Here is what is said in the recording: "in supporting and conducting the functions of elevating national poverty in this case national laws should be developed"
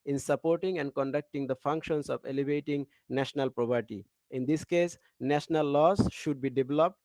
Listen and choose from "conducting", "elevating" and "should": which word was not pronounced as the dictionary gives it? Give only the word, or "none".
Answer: none